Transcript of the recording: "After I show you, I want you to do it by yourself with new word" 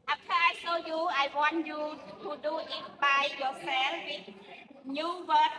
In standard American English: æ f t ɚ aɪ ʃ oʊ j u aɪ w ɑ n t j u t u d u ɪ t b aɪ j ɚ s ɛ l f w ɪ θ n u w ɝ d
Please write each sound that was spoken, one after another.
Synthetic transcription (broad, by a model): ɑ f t aɪ s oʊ j u aɪ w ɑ n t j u t u d u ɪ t b aɪ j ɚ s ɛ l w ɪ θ n u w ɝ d